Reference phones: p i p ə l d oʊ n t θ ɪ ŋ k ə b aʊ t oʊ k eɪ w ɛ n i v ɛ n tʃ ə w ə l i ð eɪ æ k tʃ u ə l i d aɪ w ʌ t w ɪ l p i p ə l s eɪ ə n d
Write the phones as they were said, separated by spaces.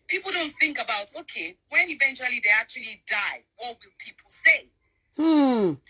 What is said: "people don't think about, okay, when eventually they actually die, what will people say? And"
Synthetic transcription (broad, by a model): p i p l d oʊ n t θ ɪ ŋ k ə b aʊ t oʊ k eɪ w ɛ n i v ɛ n tʃ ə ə l i ð eɪ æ k tʃ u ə l i d aɪ w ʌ t w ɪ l p i p l s eɪ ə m